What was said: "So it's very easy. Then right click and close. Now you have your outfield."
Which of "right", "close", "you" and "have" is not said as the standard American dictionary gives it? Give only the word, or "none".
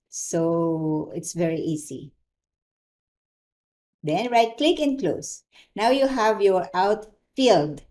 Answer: none